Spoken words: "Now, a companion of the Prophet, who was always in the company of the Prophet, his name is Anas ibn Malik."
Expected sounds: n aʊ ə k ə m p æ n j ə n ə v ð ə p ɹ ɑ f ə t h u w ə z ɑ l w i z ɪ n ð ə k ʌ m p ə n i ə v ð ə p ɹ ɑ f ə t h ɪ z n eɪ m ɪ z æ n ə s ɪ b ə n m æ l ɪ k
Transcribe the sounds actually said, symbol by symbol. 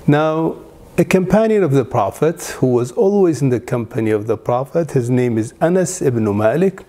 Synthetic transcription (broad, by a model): n aʊ ə k ə m p æ n j ə n ə v ð ə p ɹ ɑ f ə t h u w ə z ɑ l w i z ɪ n ð ə k ʌ m p ə n i ə v ð ə p ɹ ɑ f ə t h ɪ z n eɪ m ɪ z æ n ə s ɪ b n m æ l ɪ k